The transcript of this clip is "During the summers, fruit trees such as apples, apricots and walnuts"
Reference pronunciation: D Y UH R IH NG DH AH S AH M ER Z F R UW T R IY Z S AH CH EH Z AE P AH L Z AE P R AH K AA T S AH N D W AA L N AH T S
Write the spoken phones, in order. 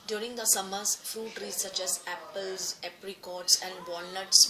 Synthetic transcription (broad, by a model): D Y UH R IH NG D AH S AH M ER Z F UW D R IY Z S AH CH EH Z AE P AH L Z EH P R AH K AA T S AH N D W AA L N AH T S